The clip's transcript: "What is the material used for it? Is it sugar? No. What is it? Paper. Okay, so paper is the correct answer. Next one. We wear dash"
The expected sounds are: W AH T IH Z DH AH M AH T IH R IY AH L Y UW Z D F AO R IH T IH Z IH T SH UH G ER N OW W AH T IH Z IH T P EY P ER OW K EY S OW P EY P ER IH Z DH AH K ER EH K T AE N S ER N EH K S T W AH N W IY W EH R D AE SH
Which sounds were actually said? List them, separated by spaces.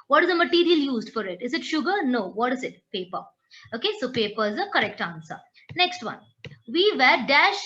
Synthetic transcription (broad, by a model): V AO T IH Z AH M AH T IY R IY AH L Y UW Z D F AO R IH T IH Z IH T SH UH G ER N OW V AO T IH Z IH T P EY P ER OW K EY S OW P EY P ER IH Z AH K ER EH K T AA N S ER N EH K S T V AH N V IY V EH R D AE SH